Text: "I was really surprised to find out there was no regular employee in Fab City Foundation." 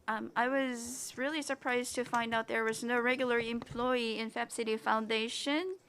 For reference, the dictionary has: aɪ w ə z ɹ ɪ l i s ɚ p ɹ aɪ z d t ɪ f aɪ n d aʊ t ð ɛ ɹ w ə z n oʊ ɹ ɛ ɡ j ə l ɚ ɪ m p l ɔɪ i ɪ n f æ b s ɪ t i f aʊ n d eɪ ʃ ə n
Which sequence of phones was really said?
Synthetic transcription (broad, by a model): aɪ w ə z ɹ ɪ l i s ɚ p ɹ aɪ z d t ɪ f aɪ n d aʊ t ð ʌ ɹ w ə z n oʊ ɹ ɛ ɡ j l ɚ ɪ m p l ɔɪ i ɪ n f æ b s ɪ t i f aʊ n d eɪ ʃ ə n